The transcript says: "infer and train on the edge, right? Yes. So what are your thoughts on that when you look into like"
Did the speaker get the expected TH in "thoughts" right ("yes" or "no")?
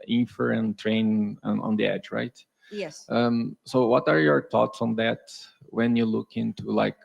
no